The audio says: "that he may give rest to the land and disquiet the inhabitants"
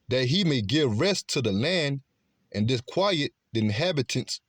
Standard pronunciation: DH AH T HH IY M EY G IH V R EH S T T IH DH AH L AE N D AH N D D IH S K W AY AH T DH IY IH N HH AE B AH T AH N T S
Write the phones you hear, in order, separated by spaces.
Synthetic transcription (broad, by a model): DH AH T HH IY M EY G IH V R EH S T T IH DH AH L AE N D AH N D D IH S K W AY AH T DH IY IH N HH AE B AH T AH N S